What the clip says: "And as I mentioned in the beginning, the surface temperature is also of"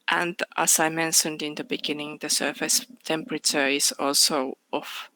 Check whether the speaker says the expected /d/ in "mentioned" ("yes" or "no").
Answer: yes